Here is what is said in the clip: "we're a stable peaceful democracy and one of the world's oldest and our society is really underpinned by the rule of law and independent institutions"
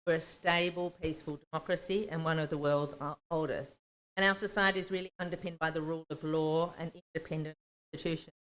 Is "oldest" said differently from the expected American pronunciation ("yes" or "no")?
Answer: no